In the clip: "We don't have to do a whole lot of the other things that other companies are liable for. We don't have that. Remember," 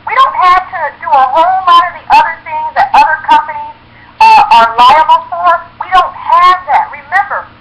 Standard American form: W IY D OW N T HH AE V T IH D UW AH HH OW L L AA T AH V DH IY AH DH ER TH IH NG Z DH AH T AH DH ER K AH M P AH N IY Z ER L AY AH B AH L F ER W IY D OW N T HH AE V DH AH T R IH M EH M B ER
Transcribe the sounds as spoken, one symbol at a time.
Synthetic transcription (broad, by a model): W IY D OW N T HH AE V T IH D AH AH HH OW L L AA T AH V DH IY AH DH ER TH IH NG Z DH AH T AH DH ER K AH M P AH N IY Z ER L AY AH B L F ER W IY D OW N T HH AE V DH AH T R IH M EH M B ER